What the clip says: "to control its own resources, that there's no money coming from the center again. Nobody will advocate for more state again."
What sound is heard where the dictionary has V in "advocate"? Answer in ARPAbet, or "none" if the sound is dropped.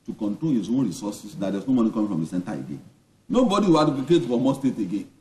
P